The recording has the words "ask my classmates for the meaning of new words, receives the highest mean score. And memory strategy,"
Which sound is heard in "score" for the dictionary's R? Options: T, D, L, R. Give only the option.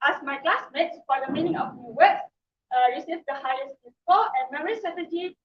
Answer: L